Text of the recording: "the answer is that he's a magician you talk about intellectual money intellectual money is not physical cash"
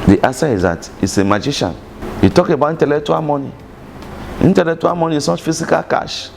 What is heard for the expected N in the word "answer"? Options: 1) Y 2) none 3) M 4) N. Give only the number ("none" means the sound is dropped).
2